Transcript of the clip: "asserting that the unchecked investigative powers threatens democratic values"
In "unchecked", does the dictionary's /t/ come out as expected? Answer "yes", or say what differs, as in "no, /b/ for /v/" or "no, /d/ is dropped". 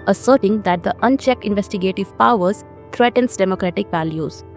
yes